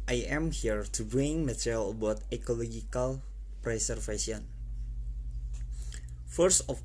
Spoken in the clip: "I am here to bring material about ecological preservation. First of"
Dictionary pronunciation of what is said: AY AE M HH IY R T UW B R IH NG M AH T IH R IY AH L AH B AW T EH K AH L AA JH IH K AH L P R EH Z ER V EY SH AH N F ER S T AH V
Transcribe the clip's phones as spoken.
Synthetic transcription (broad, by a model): AY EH M HH IY R T UW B IH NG M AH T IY R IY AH L AH B AW T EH K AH L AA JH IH K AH L P R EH S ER F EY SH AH N F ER S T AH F